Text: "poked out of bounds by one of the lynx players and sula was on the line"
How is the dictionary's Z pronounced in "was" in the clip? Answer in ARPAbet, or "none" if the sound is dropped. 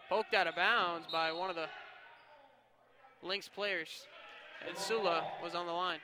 Z